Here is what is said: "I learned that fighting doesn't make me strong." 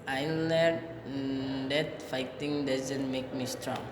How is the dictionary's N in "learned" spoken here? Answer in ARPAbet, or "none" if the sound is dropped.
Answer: none